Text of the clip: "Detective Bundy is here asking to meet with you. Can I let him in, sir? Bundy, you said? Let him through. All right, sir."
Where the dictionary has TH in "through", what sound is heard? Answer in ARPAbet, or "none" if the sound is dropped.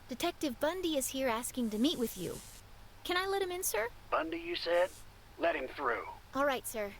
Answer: TH